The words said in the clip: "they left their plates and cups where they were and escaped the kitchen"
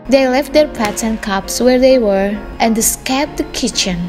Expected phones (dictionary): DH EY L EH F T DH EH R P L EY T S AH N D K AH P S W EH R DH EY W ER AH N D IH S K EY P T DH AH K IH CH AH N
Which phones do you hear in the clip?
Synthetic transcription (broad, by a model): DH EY L EH F T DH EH R P AE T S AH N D K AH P S W EH R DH EY W ER AH N D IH S K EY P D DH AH K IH CH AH N